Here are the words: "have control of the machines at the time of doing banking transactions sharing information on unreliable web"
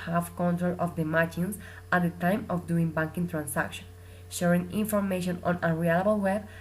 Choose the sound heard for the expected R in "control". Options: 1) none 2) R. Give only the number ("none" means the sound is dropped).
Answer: 2